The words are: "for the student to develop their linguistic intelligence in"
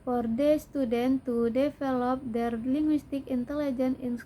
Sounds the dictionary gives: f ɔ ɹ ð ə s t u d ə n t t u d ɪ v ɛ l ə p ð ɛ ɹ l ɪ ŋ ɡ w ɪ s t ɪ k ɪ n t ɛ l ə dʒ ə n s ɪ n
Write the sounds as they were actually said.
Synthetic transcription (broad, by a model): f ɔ ɹ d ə s t u d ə n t t u d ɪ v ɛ l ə p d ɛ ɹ l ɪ ŋ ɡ w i s t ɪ k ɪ n t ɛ l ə dʒ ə n ɪ n